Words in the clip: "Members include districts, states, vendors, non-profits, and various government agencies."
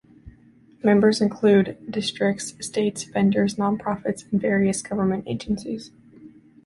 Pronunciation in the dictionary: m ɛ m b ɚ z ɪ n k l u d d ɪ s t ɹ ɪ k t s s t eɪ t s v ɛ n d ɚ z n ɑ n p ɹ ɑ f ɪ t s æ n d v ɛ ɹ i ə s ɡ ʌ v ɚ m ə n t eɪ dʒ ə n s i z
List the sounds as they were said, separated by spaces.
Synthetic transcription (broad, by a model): m ɛ m b ɚ z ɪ n k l u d d ɪ s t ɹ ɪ k t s s t eɪ t s p ɛ n d ɚ z n ɑ n p ɹ ɑ f ɪ t s n v ɛ ɹ i ə s ɡ ʌ v ɚ m ə n t eɪ dʒ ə n s i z